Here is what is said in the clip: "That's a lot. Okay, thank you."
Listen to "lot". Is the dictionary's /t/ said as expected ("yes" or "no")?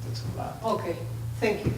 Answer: no